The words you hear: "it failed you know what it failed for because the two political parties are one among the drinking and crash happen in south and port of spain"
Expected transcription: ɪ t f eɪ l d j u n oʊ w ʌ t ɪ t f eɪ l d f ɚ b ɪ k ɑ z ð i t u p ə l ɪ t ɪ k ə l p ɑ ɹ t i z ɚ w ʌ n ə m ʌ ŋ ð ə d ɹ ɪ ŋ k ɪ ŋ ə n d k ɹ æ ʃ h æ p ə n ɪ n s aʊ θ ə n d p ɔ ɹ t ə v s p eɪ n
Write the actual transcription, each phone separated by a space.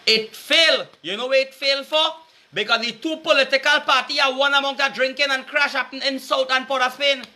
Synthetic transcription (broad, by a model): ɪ t f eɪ l j u n oʊ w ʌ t ɪ t f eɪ l f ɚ b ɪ k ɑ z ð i t u p ə l ɪ t ɪ k ə l p ɑ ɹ t i ɚ w ʌ n ə m ʌ ŋ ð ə d ɹ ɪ ŋ k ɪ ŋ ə n k ɹ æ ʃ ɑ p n ɪ n s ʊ t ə n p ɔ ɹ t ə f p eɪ n